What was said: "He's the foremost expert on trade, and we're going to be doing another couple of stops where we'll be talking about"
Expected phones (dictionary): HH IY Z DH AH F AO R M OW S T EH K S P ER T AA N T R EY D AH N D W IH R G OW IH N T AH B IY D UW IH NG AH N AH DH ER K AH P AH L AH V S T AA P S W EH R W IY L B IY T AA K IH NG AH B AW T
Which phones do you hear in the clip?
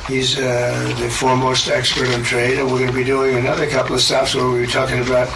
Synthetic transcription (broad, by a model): HH IY Z DH AH F AO R M OW S T EH K S P ER T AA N T R EY D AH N W IH R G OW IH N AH B IY D UW IH NG AH N AH DH ER K AH P L AH V S T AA F S W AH R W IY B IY T AA K IH NG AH B AW T